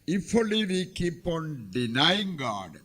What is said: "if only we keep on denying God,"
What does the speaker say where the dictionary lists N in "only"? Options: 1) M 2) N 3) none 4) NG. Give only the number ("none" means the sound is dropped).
3